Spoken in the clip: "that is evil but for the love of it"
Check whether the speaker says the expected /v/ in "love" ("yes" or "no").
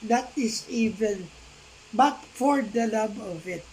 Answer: no